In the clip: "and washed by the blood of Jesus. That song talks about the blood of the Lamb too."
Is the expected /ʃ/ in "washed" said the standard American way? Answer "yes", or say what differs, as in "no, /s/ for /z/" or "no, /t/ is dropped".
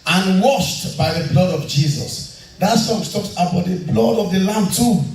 yes